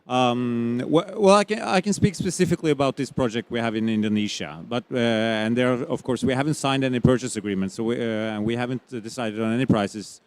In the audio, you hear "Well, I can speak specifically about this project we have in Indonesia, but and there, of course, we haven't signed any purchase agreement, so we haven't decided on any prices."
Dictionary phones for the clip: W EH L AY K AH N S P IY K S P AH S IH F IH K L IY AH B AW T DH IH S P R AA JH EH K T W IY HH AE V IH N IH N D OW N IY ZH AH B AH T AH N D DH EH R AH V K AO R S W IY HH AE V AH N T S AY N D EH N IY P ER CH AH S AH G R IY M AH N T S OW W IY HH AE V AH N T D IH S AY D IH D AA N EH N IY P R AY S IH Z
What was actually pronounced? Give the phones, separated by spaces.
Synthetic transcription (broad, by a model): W EH L AY K AH N S P IY K S P AH S IH F IH K L IY AH B AW T DH IH S P R AA JH EH K T W IY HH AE V IH N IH N D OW N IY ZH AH B AH T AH N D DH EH R AH V K AO R S W IY HH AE V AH N T S AY N D EH N IY P ER CH AH S AH G R IY M AH N T S OW W IY HH AE V AH N T D IH S AY D IH D N EH N IY P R AY S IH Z